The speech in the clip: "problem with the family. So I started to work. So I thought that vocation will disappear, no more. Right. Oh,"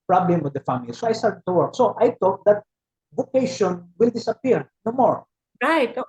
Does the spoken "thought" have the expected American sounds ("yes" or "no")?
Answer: no